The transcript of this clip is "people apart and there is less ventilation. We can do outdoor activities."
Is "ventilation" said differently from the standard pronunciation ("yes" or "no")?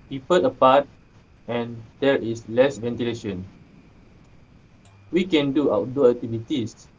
no